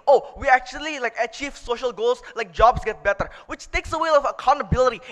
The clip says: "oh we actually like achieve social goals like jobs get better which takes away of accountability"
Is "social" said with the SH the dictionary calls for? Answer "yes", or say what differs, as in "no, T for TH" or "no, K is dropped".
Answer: yes